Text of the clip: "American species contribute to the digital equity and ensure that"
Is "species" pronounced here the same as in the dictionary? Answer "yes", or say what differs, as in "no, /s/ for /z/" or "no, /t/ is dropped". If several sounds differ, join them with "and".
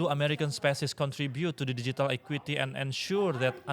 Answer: no, /s/ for /ʃ/ and /s/ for /z/